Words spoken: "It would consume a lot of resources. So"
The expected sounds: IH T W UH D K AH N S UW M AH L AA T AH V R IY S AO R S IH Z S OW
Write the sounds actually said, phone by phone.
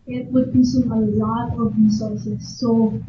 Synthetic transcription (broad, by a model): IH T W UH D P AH S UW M AH L AA T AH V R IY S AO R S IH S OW